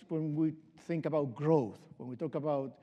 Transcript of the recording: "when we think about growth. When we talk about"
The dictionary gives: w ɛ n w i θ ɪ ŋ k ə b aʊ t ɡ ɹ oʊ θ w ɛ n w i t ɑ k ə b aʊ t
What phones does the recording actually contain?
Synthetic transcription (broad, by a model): w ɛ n w i θ ɪ ŋ k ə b aʊ t ɡ ɹ oʊ θ w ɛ n w i t ɑ k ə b aʊ t